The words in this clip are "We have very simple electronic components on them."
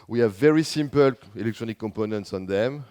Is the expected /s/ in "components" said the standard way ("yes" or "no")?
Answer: yes